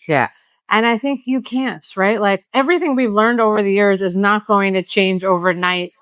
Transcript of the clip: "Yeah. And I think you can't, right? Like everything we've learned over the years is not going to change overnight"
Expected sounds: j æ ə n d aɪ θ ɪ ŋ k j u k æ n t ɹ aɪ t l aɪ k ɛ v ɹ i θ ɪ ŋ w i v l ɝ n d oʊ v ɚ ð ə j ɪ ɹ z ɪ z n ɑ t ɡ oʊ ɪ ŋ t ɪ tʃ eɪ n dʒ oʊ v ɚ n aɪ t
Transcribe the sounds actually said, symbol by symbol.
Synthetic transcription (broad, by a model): j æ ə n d aɪ θ ɪ ŋ k j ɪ k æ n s ɹ aɪ t l aɪ k ɛ v ɹ i θ ɪ ŋ w i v l ɝ n d oʊ v ɚ ð ə j ɪ ɹ z ɪ z n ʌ t ɡ oʊ ɪ ŋ t ɪ tʃ eɪ n dʒ oʊ v ɚ n aɪ t